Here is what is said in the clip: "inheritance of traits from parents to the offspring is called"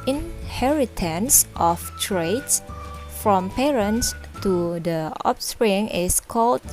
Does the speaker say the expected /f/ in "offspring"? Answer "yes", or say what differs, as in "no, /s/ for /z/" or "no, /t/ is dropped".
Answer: no, /p/ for /f/